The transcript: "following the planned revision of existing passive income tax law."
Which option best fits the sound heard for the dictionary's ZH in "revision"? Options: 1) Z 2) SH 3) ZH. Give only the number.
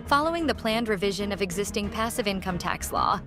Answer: 3